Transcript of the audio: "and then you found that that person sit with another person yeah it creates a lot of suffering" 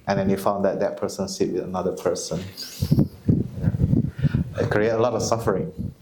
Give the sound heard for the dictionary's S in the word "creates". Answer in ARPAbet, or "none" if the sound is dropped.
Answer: none